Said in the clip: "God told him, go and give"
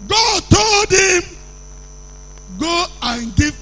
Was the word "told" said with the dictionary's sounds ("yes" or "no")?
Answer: yes